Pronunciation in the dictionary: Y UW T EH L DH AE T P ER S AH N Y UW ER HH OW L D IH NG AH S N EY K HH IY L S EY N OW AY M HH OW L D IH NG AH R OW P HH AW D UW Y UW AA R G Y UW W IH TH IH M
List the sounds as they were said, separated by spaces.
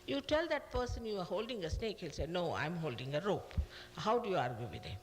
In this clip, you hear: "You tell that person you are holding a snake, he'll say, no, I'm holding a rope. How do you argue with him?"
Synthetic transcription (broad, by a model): Y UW T EH L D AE T P ER S AH N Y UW ER HH OW L D IH NG AH S N EY K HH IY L S EY N OW AY M HH OW L D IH NG AH R OW P HH AW D UW Y UW AA R G Y UW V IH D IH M